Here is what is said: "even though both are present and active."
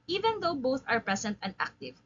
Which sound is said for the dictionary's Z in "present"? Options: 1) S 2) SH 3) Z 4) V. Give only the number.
1